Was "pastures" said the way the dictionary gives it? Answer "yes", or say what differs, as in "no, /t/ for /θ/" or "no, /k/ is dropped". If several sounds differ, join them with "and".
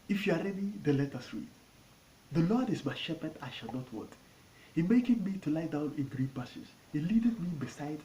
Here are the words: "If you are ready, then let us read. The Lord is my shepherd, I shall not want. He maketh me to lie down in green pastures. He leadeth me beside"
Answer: no, /tʃ/ is dropped